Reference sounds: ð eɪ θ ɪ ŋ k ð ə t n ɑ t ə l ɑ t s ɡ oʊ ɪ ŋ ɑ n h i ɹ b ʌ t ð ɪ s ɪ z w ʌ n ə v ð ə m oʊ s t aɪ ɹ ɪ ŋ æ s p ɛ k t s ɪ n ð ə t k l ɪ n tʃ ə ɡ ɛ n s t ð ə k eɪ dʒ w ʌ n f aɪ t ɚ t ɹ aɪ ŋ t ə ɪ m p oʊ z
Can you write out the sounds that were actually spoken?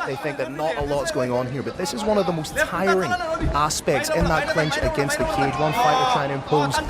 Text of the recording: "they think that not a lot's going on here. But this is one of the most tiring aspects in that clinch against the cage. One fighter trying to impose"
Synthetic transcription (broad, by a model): ð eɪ θ ɪ ŋ k ð ə t n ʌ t ə l ɑ t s ɡ oʊ ɪ ŋ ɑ n h i ɹ b ʌ t ð ɪ s ɪ z w ʌ n ə v ð ə m oʊ s t aɪ ɹ ɪ ŋ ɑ s p ɛ k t s ɪ n ð ə t k l ɪ n tʃ ə ɡ ɛ n s t ð ə k eɪ dʒ w ʌ n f aɪ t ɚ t aɪ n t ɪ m p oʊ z